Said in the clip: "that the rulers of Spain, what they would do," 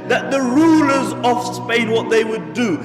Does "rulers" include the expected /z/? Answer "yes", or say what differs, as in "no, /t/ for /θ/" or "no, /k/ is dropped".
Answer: yes